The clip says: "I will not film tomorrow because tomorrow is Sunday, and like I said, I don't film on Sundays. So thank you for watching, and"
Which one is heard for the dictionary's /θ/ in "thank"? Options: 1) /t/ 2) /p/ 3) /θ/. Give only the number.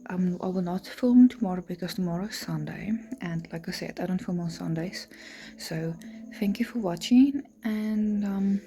3